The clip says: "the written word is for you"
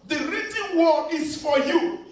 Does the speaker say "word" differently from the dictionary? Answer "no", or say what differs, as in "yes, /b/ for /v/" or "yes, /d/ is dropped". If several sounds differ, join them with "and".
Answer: yes, /d/ is dropped